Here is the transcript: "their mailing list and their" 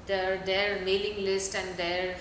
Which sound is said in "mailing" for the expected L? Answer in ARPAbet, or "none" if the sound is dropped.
L